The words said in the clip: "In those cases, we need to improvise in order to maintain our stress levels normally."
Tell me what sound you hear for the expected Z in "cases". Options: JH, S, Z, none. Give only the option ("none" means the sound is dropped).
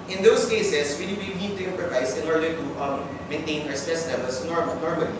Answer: S